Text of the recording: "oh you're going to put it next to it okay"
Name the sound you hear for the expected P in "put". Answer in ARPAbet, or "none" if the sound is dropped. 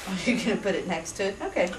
P